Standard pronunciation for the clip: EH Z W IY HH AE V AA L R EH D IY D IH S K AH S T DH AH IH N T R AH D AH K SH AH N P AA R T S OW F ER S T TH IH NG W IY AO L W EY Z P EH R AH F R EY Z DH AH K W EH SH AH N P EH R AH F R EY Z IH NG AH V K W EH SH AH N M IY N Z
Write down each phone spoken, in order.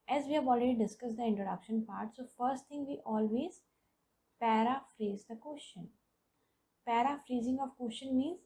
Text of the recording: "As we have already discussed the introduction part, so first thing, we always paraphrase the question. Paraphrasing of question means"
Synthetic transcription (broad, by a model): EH Z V IY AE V AA L R EH D IY D IH S K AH S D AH IH N T R AH D AH K SH AH N P AA R T S OW F ER S T T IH NG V IY AO L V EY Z P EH R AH F R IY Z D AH K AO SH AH N P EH R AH F R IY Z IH NG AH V K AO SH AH N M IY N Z